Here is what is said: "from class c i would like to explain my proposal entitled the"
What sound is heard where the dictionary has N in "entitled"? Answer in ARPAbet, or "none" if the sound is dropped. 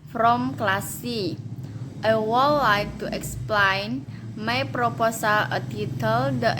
none